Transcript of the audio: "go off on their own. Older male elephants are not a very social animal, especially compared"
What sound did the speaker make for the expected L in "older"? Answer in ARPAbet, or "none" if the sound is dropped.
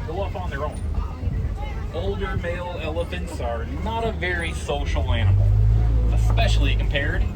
L